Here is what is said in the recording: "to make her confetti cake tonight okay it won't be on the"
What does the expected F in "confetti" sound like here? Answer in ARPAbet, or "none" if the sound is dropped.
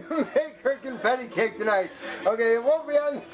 P